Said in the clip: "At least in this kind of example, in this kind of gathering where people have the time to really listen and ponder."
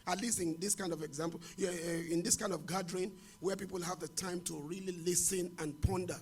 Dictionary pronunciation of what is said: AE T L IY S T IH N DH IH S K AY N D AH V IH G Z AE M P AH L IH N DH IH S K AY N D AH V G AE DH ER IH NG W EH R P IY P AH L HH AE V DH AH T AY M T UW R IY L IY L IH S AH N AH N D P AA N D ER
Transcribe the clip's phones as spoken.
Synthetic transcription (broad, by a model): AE T L IY S T IH N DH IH S K AY N D AH V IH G Z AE M P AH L IH N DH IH S K AY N D AH V G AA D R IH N W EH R P IY P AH L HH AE V DH AH T AY M T UW R IY L IY L IH S AH N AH N P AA N D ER